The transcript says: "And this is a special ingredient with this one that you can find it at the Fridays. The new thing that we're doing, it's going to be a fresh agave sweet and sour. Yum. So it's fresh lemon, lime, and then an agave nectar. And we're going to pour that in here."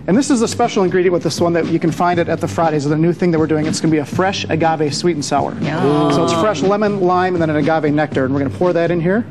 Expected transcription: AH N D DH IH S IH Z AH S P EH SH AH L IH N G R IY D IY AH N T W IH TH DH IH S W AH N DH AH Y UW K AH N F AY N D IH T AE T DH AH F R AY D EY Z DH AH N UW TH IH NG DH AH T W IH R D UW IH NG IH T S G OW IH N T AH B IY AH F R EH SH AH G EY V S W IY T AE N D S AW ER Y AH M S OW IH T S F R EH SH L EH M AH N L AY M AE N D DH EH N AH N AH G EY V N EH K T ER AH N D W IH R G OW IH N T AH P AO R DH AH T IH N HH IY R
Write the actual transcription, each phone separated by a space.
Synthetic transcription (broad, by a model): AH N DH IH S IH Z AH S P EH SH L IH N G R IY D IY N W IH DH IH S W AH N DH AH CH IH K AH N F AY N D IH T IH T DH AH F R AY D EY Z DH AH N UW TH IH NG DH AH T W IH R D UW IH NG IH T S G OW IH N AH B IY AH F R EH SH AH G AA V S W IY T N S AW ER AH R S OW IH T S F R EH SH L EH M AH N L AY M N DH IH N AH N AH G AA V N EH K T ER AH N W IH R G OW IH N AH P AO R DH AH T IH N HH IY R